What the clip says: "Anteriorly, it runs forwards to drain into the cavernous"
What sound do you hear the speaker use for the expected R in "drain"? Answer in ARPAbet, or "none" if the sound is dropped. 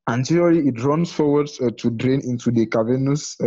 R